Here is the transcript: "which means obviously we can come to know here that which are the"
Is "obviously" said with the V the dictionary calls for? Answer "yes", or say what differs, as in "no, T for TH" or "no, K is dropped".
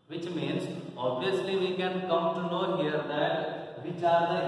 no, V is dropped